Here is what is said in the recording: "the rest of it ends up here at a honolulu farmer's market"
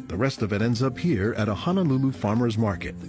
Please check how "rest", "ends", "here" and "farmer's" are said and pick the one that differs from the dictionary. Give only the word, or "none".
none